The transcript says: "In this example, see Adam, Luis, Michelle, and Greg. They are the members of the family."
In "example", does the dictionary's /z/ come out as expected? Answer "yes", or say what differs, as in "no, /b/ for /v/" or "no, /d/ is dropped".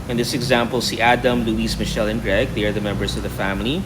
yes